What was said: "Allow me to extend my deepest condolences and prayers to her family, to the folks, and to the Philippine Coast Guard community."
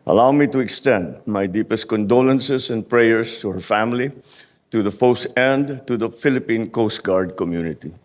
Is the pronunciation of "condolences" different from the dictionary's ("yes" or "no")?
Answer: yes